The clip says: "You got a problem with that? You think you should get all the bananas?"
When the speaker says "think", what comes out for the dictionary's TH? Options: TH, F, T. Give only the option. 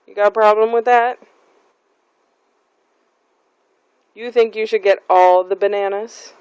TH